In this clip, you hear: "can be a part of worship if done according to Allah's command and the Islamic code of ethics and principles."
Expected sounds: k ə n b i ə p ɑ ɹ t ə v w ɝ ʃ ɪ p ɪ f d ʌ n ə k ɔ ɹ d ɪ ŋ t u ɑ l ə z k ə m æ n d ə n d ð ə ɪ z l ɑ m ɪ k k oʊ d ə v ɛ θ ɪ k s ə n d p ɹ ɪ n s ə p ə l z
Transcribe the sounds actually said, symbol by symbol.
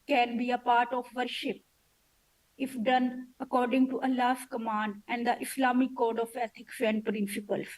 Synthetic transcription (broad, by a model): k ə n b i ə p ɑ ɹ t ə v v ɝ ʃ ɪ p ɪ f d ʌ n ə k ɔ ɹ d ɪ ŋ t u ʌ l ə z k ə m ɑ n d ə n d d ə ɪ s l ɑ m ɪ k k oʊ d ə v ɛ t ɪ k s ə n d p ɹ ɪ n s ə p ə l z